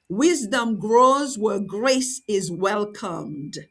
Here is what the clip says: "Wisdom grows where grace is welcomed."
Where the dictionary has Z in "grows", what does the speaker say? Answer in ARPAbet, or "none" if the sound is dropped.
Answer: Z